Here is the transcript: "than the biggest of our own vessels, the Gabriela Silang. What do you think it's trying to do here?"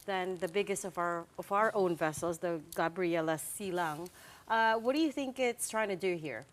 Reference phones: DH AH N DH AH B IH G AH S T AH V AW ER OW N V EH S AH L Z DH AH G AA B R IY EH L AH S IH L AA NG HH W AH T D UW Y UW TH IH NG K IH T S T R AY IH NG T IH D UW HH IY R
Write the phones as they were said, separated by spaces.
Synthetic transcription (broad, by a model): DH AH N DH AH B IH G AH S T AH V AW ER OW N V EH S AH L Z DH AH G AA B R IY EH L AH S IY L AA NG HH W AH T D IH Y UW TH IH NG K IH T S T R AY IH NG T IH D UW HH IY R